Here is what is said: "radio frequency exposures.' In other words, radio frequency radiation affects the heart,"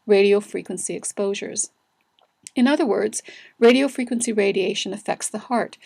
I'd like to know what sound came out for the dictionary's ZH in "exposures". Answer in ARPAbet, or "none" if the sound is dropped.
ZH